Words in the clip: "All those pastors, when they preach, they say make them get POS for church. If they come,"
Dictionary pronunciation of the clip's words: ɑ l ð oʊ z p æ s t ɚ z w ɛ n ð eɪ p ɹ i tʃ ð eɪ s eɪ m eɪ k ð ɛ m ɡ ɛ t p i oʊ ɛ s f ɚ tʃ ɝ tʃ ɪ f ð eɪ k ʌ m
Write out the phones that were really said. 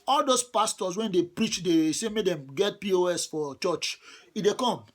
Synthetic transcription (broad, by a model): ɑ l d oʊ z p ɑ s t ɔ s w ɛ n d eɪ p ɹ i tʃ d eɪ s eɪ m eɪ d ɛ m ɡ ɛ t p i oʊ ɛ s f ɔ tʃ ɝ tʃ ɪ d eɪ k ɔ m